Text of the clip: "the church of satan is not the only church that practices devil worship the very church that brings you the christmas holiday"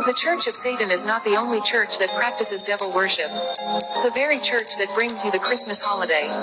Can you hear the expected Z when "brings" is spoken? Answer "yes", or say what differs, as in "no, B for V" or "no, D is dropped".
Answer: yes